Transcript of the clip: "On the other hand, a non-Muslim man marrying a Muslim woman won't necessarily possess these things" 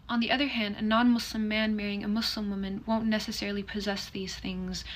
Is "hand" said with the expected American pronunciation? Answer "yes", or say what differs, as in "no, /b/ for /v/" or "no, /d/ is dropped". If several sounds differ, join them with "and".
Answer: yes